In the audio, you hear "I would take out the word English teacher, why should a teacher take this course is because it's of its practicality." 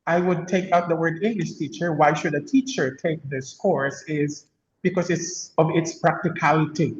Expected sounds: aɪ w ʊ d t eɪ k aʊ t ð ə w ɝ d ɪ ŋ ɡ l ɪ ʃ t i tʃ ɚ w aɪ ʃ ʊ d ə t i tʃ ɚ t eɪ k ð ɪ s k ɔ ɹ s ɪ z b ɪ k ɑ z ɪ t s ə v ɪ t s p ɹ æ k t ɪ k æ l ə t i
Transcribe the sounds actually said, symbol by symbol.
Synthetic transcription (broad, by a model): aɪ w ʊ d t eɪ k aʊ t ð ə w ɝ d ɪ ŋ ɡ l ɪ ʃ t i tʃ ɚ w aɪ ʃ ʊ d ə t i tʃ ɚ t eɪ k ð ɪ s k ɔ ɹ s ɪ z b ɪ k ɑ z ɪ t s ə v ɪ t s p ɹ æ k t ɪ k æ l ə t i